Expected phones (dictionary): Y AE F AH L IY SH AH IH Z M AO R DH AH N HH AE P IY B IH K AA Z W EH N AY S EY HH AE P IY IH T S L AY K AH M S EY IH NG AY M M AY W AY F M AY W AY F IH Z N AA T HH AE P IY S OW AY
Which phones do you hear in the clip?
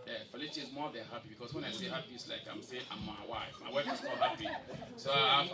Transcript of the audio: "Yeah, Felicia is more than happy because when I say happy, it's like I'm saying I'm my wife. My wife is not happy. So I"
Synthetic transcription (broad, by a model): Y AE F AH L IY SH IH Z M AO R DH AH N HH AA P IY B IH K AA S W EH N AY S EY HH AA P IY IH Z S L AY K AH M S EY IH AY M M AY W AY F M AY W AY F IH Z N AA HH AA P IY S OW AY